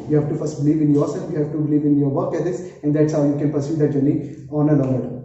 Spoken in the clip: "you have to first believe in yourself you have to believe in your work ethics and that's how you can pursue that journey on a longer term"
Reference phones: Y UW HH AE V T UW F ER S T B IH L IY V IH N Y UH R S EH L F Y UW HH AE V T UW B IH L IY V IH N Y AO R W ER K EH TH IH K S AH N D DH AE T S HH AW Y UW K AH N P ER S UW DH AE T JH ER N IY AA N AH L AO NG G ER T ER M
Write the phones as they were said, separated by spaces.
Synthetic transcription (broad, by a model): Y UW HH AE V T UW F ER S T B IH L IY V IH N Y UH R S EH L F Y UW HH AE V T UW B IH L IY V IH N Y AO R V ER K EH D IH S AH N D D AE T S HH AW Y UW K AH N P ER S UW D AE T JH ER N IY AA N AH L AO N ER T